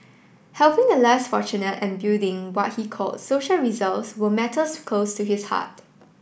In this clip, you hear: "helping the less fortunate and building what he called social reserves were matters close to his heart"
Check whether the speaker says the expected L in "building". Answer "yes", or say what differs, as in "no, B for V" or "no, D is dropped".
no, L is dropped